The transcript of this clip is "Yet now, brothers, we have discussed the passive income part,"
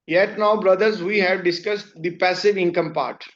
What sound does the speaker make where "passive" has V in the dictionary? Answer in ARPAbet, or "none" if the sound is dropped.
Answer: V